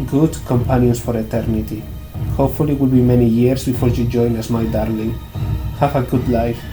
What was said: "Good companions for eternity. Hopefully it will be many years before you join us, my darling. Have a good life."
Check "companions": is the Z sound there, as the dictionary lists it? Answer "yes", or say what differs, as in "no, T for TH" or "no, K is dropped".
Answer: no, S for Z